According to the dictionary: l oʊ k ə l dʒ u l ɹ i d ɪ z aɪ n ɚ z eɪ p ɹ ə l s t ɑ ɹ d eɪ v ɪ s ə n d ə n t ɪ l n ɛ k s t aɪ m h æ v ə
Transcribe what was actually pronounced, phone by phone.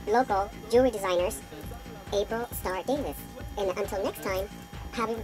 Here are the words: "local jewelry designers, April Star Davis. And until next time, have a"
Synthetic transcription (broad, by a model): l oʊ k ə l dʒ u ɹ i d ɪ z aɪ n ɚ z eɪ p ɹ ə l s t ɑ ɹ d eɪ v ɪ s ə n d ə n t ɪ l n ɛ k s t aɪ m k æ b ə